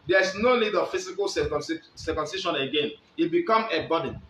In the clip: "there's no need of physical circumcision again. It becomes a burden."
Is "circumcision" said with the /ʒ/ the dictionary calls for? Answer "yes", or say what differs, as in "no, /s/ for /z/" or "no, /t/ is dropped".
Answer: no, /ʃ/ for /ʒ/